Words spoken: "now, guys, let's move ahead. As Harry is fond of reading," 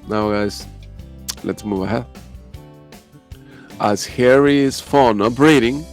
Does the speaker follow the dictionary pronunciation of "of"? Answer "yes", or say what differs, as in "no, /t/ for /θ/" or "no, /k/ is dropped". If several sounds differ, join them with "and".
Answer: no, /p/ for /v/